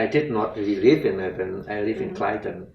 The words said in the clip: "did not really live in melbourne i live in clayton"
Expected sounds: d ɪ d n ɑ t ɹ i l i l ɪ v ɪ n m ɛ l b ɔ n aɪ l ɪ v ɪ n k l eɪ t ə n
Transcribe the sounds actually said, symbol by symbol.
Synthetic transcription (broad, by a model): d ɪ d n ɑ t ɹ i l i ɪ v ɪ n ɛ b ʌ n aɪ l ɪ v ɪ n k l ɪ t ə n